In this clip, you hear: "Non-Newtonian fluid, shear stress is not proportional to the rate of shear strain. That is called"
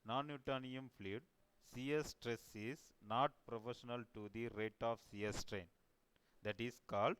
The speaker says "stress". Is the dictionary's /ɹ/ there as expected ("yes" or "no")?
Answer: yes